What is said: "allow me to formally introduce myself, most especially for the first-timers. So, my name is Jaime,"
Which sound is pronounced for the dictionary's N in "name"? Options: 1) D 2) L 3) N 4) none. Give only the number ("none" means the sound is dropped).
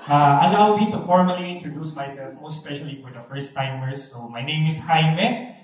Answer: 3